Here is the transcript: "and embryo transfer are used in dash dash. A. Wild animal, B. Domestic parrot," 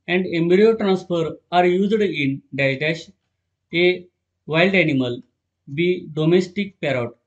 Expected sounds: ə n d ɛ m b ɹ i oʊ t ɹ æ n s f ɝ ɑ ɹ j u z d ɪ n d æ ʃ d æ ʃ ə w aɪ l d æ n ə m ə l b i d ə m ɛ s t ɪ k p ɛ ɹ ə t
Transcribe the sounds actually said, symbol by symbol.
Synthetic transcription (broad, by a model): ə n d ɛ m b ɹ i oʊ t ɹ æ n s f ɝ ɑ ɹ j u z d ɪ n d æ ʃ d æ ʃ ə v aɪ l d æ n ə m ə l b i d ə m ɛ s t ɪ k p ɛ ɹ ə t